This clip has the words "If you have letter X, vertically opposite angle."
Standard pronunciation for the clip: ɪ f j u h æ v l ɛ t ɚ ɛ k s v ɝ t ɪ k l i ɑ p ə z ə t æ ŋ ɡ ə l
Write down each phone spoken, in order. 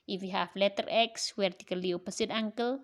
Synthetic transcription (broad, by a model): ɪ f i h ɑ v l ɛ t ɚ ɛ k s w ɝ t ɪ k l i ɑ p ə s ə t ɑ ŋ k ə l